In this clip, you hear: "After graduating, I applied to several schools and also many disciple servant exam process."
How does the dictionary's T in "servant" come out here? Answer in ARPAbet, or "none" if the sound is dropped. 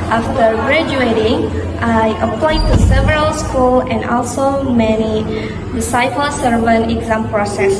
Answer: none